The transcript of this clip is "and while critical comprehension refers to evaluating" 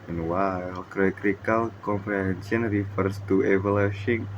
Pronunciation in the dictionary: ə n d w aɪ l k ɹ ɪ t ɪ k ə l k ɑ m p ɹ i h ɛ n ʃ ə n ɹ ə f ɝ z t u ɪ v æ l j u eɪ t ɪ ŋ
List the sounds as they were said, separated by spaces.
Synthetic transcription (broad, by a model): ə n w aɪ l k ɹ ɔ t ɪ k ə l k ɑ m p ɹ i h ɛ n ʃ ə n ɹ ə f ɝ s t u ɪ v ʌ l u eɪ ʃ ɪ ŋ